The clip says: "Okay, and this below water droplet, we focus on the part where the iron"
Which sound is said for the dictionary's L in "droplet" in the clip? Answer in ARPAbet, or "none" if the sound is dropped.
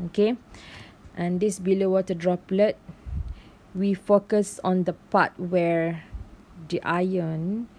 L